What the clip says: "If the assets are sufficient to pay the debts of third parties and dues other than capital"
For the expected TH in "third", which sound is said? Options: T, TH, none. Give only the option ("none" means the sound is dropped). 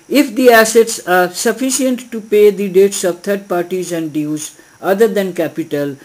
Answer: T